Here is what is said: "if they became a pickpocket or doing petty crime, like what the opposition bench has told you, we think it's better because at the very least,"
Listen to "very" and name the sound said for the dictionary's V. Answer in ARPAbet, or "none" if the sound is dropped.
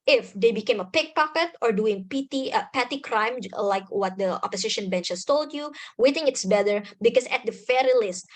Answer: F